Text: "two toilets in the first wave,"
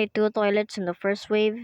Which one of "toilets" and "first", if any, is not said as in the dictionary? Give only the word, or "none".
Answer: none